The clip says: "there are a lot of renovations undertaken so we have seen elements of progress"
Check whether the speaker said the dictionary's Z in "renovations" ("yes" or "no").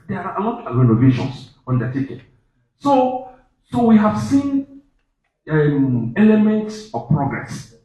no